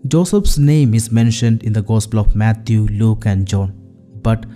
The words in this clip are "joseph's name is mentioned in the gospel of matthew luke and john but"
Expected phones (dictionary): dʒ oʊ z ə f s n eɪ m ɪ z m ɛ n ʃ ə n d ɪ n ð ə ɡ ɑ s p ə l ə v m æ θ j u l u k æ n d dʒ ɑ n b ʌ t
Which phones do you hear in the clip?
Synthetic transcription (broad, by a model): dʒ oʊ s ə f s n eɪ m ɪ z m ɛ n ʃ ə n d ɪ n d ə ɡ ɑ s p ə l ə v m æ t j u l u k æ n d dʒ ɑ n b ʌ t